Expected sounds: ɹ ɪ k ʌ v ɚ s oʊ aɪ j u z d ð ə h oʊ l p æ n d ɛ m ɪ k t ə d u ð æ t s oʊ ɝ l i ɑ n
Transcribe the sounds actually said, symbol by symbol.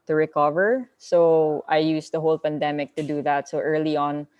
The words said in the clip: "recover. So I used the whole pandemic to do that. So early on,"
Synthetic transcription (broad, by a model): ɹ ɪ k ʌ v ɚ s oʊ aɪ j u s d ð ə h oʊ l p æ n d ɛ m ɪ k t ə d u ð æ t s oʊ ɝ l i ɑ n